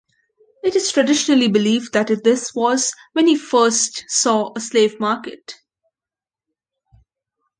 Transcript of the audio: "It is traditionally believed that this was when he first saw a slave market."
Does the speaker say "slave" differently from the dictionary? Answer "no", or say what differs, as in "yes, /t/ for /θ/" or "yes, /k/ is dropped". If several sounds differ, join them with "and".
no